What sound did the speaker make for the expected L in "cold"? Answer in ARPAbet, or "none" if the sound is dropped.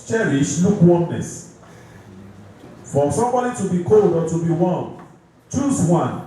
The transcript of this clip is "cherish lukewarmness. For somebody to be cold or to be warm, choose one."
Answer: L